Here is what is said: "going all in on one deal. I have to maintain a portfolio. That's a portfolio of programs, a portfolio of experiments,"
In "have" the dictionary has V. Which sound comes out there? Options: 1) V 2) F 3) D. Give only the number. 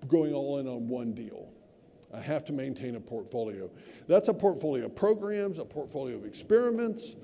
2